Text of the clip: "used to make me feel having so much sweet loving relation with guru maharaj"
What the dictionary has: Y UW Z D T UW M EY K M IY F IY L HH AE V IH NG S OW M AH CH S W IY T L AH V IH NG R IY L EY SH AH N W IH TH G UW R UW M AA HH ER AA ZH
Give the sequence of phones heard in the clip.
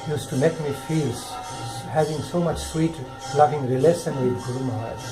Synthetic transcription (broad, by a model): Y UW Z T UW M EY K M IY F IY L HH AE V IH NG S OW M AH CH S W IY T L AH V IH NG R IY L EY S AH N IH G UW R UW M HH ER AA